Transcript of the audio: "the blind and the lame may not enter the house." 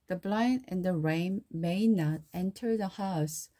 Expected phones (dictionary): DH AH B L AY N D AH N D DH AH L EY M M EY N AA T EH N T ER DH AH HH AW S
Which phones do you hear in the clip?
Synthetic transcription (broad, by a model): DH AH B L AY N AH N DH AH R EY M M EY N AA T EH N T ER DH AH HH AW S